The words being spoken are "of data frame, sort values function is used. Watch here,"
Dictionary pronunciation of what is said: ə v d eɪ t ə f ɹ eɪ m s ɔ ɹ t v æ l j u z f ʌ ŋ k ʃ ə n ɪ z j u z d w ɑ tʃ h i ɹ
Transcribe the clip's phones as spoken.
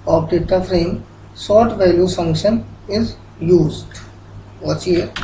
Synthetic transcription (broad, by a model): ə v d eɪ t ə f ɹ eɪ m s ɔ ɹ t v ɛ l j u f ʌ ŋ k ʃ ə n ɪ z j u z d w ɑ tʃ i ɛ